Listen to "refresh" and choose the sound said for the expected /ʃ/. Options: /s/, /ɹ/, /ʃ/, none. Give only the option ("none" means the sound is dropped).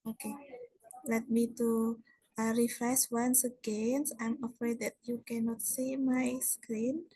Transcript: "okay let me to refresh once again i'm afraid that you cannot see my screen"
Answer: /s/